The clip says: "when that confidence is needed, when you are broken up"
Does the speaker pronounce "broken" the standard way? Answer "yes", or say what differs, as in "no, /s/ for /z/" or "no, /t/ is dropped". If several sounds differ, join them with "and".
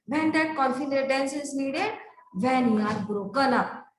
no, /l/ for /n/